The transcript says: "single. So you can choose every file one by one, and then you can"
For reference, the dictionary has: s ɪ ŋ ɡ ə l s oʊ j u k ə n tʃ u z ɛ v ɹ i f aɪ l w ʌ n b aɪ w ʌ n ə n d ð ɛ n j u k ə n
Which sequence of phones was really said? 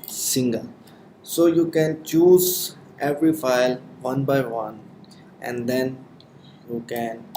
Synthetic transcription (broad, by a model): s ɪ ŋ ɡ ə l s oʊ j u k ə n tʃ u z ɛ v ɹ i f aɪ l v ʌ n b aɪ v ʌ n ə n d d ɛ n j u k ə n